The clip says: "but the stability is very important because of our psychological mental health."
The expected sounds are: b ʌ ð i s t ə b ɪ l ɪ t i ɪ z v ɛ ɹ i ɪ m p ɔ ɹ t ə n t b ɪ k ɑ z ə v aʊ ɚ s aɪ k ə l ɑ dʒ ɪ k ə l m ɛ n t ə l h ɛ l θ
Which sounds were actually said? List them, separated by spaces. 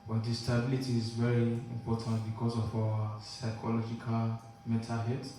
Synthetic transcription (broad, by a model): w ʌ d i s t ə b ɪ l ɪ t i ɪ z v ɛ ɹ i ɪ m p ɔ t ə n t b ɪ k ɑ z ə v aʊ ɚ s aɪ k ə l ɑ dʒ ɪ k ə l m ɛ t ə h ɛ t